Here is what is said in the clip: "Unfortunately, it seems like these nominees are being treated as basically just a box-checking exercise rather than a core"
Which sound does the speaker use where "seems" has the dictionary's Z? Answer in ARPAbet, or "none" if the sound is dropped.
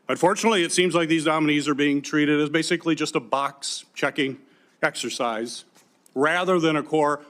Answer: Z